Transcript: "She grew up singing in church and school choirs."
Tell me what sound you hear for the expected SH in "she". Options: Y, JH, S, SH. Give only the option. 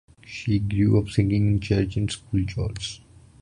SH